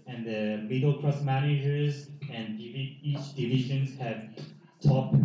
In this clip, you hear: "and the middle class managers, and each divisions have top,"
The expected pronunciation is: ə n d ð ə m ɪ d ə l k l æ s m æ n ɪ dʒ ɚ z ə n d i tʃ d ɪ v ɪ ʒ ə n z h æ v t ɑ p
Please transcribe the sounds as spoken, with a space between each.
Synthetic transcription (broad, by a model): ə n ð ə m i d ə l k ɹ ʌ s m æ n ɪ dʒ ɚ z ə n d i tʃ d ɪ v ɪ ʒ ə n z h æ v t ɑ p